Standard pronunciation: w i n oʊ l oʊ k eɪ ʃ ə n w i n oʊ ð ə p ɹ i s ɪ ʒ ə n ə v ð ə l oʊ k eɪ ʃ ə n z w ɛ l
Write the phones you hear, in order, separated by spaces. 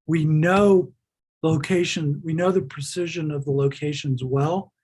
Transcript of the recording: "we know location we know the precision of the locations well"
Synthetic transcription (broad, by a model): w i n oʊ l oʊ k eɪ ʃ ə n w i n oʊ ð ə p ɹ i s ɪ ʒ ə n ə v ð ə l oʊ k eɪ ʃ ə n z w ɛ l